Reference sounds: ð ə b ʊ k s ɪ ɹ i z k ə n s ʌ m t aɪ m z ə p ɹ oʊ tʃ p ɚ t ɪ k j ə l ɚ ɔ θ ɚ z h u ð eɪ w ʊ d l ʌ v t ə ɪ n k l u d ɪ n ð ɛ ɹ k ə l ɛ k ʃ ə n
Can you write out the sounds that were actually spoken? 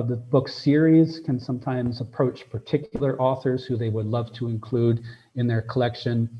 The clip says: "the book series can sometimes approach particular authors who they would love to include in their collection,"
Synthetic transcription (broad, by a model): ð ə b ʊ k s ɪ ɹ i z k ə n s ʌ m t aɪ m z ə p ɹ oʊ tʃ p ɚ t ɪ k j l ɚ ɔ θ ɚ z h u ð eɪ w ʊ d l ʌ v t ə ɪ n k l u d ɪ n ð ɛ ɹ k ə l ɛ k ʃ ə n